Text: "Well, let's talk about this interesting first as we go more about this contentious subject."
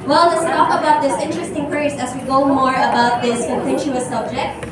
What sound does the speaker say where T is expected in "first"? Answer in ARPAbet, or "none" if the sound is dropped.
none